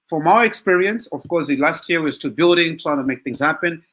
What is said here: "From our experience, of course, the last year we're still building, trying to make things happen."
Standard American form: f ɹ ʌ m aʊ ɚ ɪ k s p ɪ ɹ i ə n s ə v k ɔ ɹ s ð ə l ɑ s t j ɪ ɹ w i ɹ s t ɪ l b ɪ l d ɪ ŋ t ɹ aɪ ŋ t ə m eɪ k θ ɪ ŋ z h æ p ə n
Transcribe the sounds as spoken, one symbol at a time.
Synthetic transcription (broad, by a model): f ɹ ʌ m aʊ ɚ ɪ k s p ɪ ɹ i ə n s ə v k ɔ ɹ s l ɑ s t j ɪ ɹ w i w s t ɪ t b ɪ l d ɪ ŋ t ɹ aɪ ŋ t ə m eɪ k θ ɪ ŋ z h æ p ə n